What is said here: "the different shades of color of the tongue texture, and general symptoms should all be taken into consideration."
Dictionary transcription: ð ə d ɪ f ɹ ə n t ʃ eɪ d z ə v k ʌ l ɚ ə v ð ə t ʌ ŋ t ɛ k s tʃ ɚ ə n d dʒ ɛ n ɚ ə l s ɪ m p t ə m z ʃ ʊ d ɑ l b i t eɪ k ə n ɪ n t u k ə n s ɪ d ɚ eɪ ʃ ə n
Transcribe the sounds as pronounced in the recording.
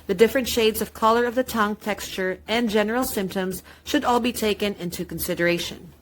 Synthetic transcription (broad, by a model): ð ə d ɪ f ɹ ə n t ʃ eɪ d z ə v k ʌ l ɚ ə v ð ə t ʌ ŋ t ɛ k s tʃ ɚ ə n dʒ ɛ n ɚ l s ɪ m p t ə m z ʃ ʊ d ɑ l b i t eɪ k ə n ɪ n t u k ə n s ɪ d ɚ eɪ ʃ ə n